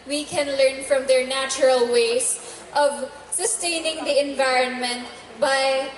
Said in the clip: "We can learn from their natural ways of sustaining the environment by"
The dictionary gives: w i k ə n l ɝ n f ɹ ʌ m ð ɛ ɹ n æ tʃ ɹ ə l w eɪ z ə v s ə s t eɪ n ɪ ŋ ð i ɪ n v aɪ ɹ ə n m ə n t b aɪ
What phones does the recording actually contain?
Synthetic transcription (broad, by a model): w i k ə n l ɝ n f ɹ ʌ m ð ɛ ɹ n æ tʃ ɹ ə l w eɪ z ə v s ə s t eɪ n ɪ ŋ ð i ɪ n v aɪ ɹ ə n m ə n t b aɪ